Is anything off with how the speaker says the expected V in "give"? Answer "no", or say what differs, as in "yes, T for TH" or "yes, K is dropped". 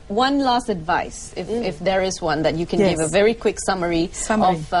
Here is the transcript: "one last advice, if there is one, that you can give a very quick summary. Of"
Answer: no